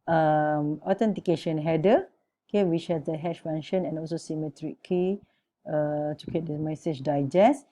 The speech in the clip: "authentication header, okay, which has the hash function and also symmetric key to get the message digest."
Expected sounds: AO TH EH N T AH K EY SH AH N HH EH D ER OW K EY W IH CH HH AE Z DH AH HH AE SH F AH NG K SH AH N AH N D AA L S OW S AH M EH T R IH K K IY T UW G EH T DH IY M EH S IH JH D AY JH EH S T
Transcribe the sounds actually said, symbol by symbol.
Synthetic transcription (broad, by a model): AO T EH N T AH K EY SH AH N HH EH D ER OW K EY W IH CH HH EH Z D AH HH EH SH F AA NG SH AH N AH N AA L S OW S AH M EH T R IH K K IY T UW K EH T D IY M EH S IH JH D AY JH EH S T